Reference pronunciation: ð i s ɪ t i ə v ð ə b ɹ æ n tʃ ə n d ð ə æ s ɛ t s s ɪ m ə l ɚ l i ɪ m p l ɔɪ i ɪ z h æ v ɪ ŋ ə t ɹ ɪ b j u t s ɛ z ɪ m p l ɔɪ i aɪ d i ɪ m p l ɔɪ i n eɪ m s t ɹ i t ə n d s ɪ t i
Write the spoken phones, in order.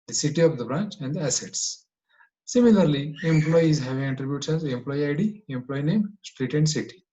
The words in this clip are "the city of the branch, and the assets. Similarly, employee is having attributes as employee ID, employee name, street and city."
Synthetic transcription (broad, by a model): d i s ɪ t i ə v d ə b ɹ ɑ n tʃ ə n d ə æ s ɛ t s s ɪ m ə l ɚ l i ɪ m p l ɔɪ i ɪ z h æ v ɪ ŋ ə t ɹ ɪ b j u t s ɛ z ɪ m p l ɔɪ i aɪ d i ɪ m p l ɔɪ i n eɪ m s t ɹ i t ə n d s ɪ t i